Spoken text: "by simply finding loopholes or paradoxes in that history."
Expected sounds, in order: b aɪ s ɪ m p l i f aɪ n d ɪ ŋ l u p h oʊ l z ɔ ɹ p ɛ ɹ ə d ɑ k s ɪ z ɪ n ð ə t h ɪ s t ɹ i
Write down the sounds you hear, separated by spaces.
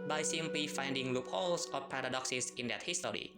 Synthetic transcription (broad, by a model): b aɪ s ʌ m p i f aɪ n d ɪ ŋ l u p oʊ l s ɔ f p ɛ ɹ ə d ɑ k s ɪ s ɪ n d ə t h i s t ɹ i